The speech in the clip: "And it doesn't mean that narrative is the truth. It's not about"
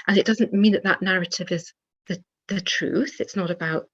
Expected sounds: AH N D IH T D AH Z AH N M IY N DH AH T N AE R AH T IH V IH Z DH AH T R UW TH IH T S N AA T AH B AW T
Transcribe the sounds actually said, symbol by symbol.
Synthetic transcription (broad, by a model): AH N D IH T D AH Z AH N M IY N DH AH T N AE R AH T IH V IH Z DH AH T R UW TH IH T S N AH T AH B AW T